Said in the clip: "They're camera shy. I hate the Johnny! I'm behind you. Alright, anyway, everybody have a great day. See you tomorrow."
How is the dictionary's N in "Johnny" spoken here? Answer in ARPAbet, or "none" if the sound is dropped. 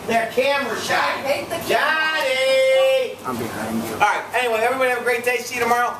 none